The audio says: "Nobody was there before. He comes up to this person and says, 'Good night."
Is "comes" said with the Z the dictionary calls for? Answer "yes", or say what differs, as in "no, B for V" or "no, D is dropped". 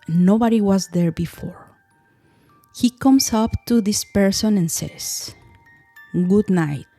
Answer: no, S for Z